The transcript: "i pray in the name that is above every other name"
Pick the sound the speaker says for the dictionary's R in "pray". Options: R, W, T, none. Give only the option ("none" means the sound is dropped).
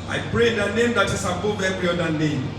R